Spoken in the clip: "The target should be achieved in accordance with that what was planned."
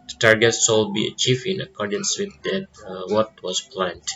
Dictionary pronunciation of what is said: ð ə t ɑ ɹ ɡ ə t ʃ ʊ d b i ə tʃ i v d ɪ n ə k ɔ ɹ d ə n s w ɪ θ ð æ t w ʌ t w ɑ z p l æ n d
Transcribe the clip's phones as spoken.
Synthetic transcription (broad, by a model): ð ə t ɑ ɹ ɡ ə t s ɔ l b i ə tʃ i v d ɪ n ə k ɔ ɹ d ə n s w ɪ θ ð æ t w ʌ t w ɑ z p l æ n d